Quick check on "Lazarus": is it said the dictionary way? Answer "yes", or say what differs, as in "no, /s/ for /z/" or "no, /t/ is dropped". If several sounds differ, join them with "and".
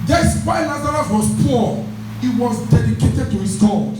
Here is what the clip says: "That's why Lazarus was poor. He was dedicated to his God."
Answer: no, /n/ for /l/